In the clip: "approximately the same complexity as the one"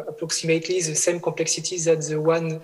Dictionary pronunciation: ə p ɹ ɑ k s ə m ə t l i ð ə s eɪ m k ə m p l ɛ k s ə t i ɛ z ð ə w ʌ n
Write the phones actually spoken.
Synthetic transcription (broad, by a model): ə p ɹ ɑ k s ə m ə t l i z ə s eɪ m k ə p l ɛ k s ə t i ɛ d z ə w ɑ n